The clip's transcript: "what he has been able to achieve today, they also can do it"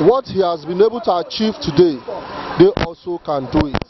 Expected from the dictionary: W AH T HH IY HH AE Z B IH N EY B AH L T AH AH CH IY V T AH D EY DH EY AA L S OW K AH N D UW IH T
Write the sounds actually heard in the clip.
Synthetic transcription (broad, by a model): W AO T HH IY HH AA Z B IH N EY B AH L T AH AH CH IY V T AH D EY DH EY AA L S OW K AH N D UW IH T